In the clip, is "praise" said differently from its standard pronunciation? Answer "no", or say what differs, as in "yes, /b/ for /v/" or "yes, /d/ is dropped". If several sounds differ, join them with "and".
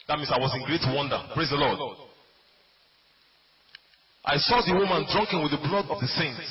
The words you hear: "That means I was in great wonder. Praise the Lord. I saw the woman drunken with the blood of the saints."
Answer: no